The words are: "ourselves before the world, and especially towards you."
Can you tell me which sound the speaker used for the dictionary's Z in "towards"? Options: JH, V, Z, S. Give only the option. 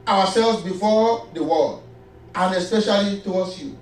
S